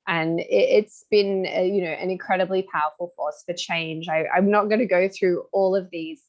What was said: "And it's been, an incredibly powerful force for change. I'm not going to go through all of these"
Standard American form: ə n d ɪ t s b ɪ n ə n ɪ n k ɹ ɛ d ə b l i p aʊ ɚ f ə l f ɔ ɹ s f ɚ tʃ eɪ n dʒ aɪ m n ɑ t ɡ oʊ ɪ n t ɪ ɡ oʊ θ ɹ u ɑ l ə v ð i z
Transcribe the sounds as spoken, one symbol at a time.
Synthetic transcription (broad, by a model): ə n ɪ ɪ t s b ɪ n ə n ɪ n k ɹ ɛ d ə b l i p aʊ ɚ f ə l f ɔ ɹ s f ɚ tʃ eɪ n dʒ aɪ m n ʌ t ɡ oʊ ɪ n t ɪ ɡ oʊ θ ɹ u ɑ l ə v ð i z